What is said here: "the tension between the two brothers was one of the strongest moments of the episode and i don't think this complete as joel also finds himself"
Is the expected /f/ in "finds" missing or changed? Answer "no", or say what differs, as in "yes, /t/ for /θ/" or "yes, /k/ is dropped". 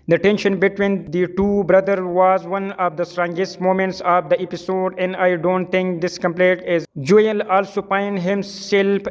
yes, /p/ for /f/